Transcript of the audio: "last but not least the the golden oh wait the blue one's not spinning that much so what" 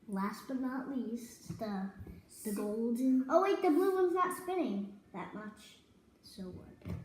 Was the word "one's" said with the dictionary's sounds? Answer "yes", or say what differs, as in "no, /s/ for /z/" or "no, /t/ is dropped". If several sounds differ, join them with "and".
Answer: yes